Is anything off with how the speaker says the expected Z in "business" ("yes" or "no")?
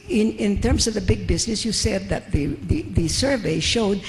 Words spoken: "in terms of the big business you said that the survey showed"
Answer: no